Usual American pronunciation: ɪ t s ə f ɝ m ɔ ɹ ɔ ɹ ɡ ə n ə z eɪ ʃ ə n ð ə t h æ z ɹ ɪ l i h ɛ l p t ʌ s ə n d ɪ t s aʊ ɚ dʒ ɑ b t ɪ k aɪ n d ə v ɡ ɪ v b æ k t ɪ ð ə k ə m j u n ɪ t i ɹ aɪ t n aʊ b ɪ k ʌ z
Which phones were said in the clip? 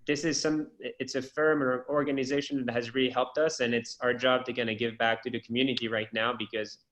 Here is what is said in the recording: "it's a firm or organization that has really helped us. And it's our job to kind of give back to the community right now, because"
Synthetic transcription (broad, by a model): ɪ t s ə f ɝ m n ɔ ɹ ɡ ə n ə z eɪ ʃ ə n ð ə t h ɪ z ɹ ɪ l i h ɛ l p t ʌ s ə n ɪ t s aʊ ɚ dʒ ɑ b t ɪ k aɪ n ə ɡ ɪ v b æ k t ɪ ð ə k m j u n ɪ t i ɹ aɪ t n aʊ b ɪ k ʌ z